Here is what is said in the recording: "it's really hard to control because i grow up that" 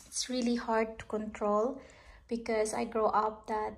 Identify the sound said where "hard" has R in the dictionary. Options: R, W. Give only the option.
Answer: R